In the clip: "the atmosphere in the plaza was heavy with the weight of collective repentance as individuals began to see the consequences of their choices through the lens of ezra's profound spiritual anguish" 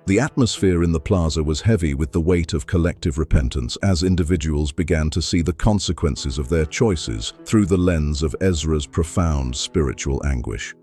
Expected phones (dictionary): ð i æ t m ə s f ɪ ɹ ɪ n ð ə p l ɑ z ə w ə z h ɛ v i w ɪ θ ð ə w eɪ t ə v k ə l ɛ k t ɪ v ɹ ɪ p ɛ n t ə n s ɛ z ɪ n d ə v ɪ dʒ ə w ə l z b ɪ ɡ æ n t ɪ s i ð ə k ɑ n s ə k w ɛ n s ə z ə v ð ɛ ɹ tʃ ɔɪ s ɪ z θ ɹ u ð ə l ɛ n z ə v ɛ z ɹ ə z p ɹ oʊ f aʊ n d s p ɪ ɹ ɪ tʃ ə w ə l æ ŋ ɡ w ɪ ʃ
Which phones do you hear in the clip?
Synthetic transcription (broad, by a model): ð i æ t m ə s f ɪ ɹ ɪ n ð ə p l ɑ z ə w ə z h ɛ v i w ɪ ð ə w eɪ t ə v k ə l ɛ k t ɪ v ɹ ɪ p ɛ n t ə n s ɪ z ɪ n d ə v ɪ dʒ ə w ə l z b ɪ ɡ æ n t ɪ s i ð ə k ɑ n s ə k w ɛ n s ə z ə v ð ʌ ɹ tʃ ɔɪ s ɪ z θ ɹ u ð ə l ɛ n z ə v ɛ z ɹ ə z p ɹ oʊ f aʊ n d s p ɪ ɹ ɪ tʃ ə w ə l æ ŋ ɡ w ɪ ʃ